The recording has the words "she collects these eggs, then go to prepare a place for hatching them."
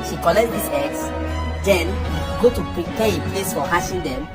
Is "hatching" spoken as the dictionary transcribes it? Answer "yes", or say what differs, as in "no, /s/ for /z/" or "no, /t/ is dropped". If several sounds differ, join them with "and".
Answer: no, /ʃ/ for /tʃ/